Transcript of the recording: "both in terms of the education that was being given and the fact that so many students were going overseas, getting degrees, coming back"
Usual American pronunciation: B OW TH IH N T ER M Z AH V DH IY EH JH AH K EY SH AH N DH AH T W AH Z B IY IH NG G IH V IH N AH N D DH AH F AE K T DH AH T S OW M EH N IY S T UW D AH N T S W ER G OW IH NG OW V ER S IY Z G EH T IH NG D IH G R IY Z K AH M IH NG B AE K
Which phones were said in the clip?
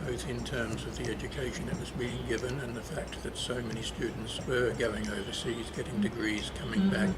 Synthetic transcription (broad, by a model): OW TH IH N T ER M Z AH V DH IY EH JH AH K EY SH AH N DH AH T W AH Z B IY IH NG G IH V IH N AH N DH AH F AE K T DH AH T S OW M EH N IY S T UW D N T S W ER G OW IH NG OW V ER S IY Z G EH T IH NG D IH G R IY Z K AH M IH NG B AE K